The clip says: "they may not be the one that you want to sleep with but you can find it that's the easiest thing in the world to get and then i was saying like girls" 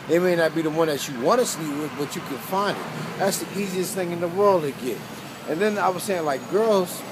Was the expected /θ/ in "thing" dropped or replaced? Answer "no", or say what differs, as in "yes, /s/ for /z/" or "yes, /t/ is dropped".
no